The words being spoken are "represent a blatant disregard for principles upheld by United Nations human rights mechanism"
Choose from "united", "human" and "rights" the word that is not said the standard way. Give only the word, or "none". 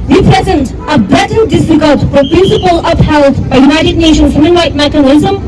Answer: rights